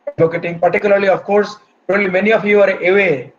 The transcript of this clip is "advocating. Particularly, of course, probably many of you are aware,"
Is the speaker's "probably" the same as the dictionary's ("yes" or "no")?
no